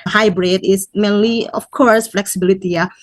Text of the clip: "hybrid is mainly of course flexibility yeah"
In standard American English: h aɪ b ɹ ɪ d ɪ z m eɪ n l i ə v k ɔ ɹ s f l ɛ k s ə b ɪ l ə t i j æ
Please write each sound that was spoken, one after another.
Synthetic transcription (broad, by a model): h aɪ b ɹ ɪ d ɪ s m eɪ n l i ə f k ɔ ɹ s f l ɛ k s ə b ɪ l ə t i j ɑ